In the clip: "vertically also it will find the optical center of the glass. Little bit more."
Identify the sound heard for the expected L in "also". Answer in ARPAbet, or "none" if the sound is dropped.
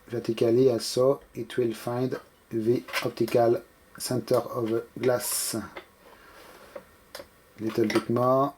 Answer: none